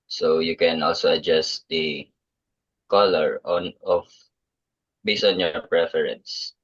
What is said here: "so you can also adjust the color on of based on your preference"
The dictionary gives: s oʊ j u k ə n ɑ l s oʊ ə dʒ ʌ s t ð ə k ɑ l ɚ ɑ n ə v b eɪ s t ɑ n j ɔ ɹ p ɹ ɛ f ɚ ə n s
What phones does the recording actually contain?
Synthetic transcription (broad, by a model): s oʊ j u k ə n ɑ l s oʊ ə dʒ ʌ s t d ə k ɑ l ɚ ɑ n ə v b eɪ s ɑ n j ɔ ɹ p ɹ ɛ f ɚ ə n s